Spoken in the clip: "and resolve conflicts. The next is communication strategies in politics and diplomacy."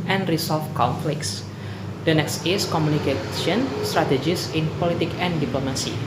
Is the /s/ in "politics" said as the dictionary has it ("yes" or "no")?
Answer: no